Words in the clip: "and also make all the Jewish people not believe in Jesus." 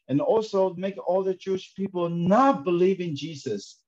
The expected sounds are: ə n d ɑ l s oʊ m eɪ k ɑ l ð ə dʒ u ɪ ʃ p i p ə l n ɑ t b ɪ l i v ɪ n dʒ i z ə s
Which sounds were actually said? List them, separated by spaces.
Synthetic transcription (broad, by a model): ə n ɑ l s oʊ m eɪ k ɑ l ð ə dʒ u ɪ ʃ p i p l n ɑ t b ɪ l i v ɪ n dʒ i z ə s